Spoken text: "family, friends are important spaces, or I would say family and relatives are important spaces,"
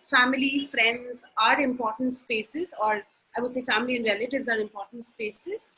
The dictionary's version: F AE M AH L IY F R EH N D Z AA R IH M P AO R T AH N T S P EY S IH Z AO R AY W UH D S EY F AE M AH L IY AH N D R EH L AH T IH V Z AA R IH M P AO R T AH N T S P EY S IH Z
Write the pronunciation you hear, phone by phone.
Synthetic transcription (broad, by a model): F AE M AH L IY F R EH N D Z AA R IH M P AO R T AH N T S P EY S IH Z AO R AY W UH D S EY F AE M AH L IY AH N D R EH L AH T IH V Z AA R IH M P AO R T AH N T S P EY S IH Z